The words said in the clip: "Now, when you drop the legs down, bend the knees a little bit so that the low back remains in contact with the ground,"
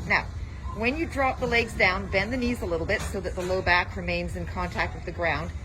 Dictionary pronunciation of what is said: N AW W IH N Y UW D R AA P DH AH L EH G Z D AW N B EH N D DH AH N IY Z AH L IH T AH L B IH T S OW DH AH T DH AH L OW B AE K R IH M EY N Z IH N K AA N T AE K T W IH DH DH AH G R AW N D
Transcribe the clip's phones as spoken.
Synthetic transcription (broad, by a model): N AW W IH N Y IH D R AA P DH AH L EH G Z D AW N B EH N DH AH N IY Z AH L IH T L B IH T S OW DH AH T DH AH L OW B AE K R IH M EY N Z IH N K AA N T AE K T W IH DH DH AH G R AW N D